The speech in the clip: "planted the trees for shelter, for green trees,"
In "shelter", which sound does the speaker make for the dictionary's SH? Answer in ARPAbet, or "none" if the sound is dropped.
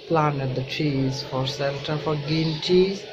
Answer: S